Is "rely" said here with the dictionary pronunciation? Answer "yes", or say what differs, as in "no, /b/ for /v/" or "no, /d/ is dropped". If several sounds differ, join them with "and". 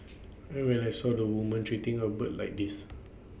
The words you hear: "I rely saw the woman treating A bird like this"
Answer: no, /w/ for /ɹ/ and /n/ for /l/